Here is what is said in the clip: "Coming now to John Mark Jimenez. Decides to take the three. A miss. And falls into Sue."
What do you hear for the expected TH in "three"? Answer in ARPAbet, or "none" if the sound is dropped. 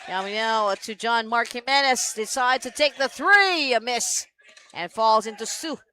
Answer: TH